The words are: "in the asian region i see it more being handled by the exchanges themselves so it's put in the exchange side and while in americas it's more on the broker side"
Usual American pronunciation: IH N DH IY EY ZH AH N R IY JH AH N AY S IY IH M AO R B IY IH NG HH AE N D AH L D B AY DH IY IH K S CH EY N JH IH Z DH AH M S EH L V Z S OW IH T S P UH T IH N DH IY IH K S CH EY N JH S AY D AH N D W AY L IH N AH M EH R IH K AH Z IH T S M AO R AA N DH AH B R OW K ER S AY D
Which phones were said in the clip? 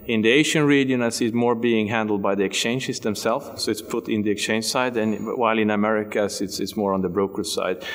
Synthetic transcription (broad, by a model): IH N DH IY EY SH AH N R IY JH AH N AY S IY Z M AO R B IY IH NG HH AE N D L D B AY DH IY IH K S CH EY N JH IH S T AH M S EH L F S OW IH T S P UH T IH N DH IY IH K S CH EY N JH S AY D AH N W AY L IH N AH M EH R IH K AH S IH T S M AO R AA N DH AH B R OW K ER S AY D